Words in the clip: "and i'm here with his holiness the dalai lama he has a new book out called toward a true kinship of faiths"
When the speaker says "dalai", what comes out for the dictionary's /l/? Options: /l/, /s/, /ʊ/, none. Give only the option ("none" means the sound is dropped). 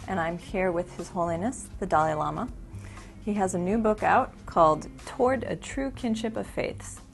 /l/